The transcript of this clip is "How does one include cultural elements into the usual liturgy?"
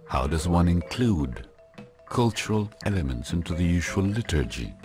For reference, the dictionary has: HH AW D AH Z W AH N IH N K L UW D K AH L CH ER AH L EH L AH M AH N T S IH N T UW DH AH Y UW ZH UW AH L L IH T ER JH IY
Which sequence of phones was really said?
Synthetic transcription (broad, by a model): HH AW D AH Z W AH N IH N K L UW D K AH L CH ER AH L EH L AH M AH N T S IH N T UW DH AH Y UW ZH UW AH L L IH T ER JH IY